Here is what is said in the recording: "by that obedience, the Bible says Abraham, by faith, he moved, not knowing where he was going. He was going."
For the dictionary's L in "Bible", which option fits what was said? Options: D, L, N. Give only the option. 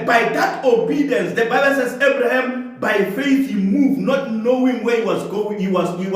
N